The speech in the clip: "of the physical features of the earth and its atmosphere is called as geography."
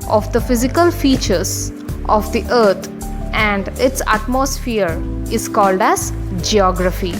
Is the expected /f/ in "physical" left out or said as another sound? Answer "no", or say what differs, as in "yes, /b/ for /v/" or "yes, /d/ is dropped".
no